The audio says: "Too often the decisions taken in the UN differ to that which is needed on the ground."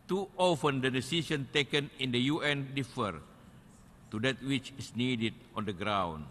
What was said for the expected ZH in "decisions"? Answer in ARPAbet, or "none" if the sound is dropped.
S